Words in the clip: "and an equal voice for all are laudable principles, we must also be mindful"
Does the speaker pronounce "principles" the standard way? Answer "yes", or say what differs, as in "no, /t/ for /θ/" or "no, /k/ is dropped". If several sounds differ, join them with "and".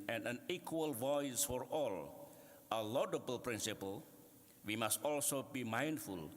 no, /z/ is dropped